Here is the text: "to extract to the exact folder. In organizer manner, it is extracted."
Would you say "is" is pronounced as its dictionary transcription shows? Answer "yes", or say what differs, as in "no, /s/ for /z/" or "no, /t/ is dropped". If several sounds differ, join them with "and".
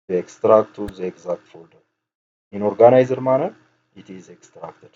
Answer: yes